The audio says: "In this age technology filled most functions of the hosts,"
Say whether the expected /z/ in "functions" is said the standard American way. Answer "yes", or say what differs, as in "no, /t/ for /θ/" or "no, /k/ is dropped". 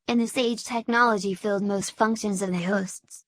yes